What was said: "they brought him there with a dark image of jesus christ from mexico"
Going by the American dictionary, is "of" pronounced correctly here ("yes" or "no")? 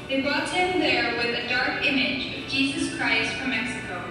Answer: yes